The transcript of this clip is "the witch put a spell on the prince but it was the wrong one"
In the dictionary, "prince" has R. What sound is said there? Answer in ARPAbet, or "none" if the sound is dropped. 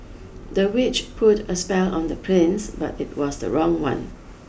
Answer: L